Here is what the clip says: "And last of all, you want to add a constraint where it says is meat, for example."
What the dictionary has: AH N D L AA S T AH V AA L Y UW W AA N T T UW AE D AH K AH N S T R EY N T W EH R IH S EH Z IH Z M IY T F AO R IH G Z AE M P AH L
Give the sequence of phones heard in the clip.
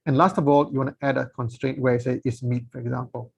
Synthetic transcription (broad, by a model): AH N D L AA S T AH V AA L Y UW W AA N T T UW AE D AH K AH N S T R EY N T W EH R IH S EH IH S M IY T F AO R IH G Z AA M P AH L